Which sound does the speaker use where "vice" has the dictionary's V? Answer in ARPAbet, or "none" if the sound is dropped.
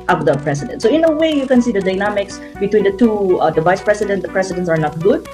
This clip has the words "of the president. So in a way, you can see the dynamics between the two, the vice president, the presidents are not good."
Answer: V